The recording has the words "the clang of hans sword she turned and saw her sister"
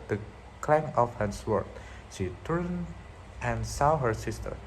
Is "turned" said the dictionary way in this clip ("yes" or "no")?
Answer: no